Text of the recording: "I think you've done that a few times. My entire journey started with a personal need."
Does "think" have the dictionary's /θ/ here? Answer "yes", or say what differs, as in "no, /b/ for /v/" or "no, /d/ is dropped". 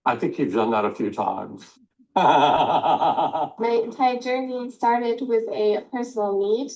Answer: yes